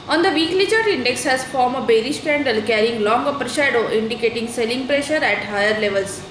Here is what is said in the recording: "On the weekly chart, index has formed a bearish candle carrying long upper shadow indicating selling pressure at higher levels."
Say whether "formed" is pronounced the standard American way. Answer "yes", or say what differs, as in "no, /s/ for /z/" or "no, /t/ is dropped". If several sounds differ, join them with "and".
no, /d/ is dropped